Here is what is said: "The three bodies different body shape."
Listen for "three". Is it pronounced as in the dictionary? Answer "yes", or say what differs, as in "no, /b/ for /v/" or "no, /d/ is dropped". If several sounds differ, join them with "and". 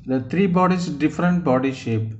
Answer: no, /t/ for /θ/